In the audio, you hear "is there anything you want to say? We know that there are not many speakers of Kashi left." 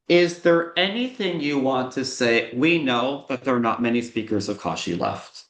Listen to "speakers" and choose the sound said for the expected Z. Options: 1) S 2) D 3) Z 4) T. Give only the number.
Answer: 3